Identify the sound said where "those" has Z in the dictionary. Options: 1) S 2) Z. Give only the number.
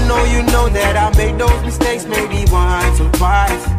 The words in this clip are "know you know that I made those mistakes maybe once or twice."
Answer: 2